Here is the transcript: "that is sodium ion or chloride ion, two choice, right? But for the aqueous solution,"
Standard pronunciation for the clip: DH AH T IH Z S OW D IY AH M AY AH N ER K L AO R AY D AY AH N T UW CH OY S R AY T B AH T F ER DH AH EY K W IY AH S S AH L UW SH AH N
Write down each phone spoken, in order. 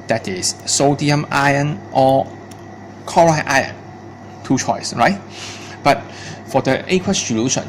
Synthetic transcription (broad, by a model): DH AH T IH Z S OW D IY AH M AY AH N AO K AO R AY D AY AH N T UW CH OY S R AY T B AH T F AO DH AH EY K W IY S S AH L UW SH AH N